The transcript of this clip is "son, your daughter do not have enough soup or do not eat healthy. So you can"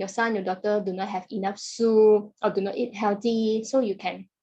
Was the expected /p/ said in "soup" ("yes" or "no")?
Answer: no